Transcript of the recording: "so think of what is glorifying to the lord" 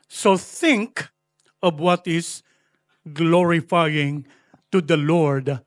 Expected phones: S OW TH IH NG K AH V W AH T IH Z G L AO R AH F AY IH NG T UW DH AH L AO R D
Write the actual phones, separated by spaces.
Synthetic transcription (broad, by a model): S OW TH IH NG K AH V W AH T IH S G L AO R AH F AY IH NG T UW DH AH L AO R D